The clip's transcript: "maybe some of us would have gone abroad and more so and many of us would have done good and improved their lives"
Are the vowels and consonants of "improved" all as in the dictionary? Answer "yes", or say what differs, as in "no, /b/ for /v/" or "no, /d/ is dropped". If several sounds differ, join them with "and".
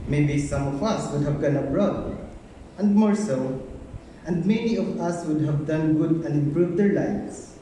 yes